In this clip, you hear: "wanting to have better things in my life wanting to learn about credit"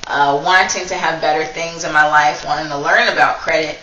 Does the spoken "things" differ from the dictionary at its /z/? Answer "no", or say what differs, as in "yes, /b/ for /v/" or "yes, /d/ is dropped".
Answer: no